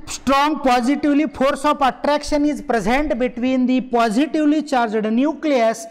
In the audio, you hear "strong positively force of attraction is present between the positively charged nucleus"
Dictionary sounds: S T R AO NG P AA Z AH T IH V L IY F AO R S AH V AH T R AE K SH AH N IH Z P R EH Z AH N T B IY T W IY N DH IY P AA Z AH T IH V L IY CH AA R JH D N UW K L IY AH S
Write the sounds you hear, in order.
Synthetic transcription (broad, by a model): S T R AO NG P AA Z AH T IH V L IY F AO R S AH F AH T R AE K SH AH N IH Z P R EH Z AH N T B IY T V IY N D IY P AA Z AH T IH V L IY CH AA R JH D N UW K L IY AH S